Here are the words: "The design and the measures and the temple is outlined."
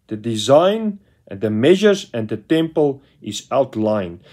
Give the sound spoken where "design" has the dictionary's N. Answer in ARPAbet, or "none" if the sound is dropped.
none